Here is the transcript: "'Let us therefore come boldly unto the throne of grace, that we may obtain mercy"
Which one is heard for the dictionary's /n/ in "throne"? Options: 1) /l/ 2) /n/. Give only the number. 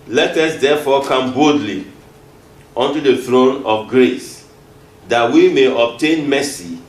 2